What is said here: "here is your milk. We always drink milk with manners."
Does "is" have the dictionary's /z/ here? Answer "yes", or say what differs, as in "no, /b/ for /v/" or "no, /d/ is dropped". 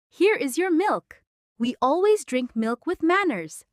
yes